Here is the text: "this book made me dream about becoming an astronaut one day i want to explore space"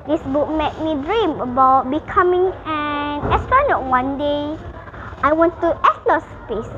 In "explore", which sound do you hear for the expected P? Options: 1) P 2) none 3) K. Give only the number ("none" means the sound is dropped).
2